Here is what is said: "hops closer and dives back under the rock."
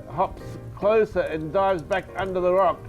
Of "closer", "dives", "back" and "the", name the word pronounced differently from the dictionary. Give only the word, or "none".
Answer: none